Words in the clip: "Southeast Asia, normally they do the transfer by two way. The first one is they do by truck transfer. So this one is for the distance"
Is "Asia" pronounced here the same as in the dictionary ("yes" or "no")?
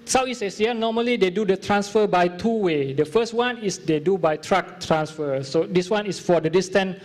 no